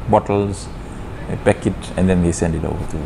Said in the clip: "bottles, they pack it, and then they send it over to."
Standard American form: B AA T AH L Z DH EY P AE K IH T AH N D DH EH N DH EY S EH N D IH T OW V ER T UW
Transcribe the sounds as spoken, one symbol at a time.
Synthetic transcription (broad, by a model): B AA T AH L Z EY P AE K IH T AH N D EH N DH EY S EH N D IH T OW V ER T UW